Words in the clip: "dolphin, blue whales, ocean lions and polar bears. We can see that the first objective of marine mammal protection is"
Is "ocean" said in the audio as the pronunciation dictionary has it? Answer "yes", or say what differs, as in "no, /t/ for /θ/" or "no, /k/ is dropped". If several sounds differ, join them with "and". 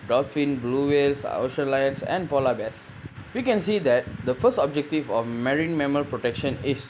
yes